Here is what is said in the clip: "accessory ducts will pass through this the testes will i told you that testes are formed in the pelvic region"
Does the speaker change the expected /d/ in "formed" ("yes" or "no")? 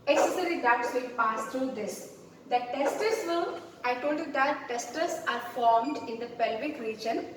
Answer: no